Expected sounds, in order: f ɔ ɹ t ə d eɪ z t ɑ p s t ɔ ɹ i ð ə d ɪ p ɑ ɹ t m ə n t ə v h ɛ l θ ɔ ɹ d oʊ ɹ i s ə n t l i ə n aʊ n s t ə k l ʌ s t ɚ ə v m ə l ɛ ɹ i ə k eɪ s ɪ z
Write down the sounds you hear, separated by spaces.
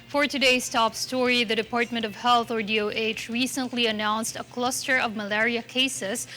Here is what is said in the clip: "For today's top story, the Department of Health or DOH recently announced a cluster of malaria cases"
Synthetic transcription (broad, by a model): f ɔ ɹ t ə d eɪ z t ɑ p s t ɔ ɹ i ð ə d ɪ p ɑ ɹ t m ə n t ə v h ɛ l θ ɔ ɹ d oʊ ɹ i s ə n t l i ə n aʊ n s t ə k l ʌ s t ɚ ə v m ə l ɛ ɹ i ə k eɪ s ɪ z